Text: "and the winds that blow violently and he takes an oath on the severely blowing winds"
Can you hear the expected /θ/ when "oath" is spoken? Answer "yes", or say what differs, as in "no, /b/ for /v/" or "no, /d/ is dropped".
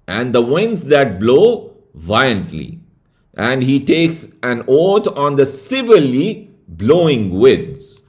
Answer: no, /t/ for /θ/